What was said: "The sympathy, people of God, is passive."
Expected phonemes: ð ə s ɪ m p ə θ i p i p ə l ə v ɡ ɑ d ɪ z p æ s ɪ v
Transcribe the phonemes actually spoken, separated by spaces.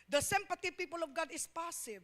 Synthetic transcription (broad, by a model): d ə s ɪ m p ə t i p i p ə l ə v ɡ ɑ d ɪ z p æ s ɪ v